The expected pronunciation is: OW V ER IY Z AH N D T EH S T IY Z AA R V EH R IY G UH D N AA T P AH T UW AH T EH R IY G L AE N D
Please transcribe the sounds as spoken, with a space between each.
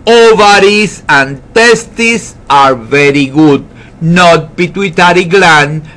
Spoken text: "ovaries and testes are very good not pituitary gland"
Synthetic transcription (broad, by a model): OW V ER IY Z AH N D T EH S T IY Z AA R V EH R IY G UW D N AA T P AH T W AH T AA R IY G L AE N